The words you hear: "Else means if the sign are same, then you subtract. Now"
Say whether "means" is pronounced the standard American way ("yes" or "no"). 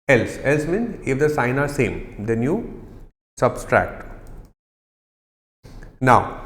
no